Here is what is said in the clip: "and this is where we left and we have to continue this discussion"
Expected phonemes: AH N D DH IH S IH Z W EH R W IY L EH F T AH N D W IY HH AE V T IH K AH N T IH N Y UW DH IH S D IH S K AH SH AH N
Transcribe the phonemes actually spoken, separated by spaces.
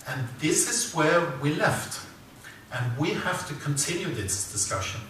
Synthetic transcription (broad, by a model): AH N DH IH S IH Z W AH R W IY L EH F T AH N W IY HH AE F T IH K AH N T IH N Y UW DH IH S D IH S K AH SH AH N